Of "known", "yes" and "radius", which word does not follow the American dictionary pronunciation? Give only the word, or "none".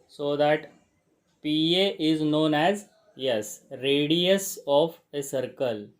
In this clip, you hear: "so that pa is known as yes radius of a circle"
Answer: none